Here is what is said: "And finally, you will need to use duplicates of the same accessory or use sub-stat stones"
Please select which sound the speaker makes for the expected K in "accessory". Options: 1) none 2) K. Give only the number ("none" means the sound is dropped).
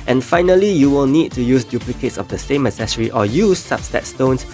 1